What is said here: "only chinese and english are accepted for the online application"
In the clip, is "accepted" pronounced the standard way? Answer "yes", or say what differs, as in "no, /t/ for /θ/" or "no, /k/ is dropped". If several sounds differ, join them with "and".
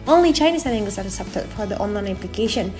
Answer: no, /k/ is dropped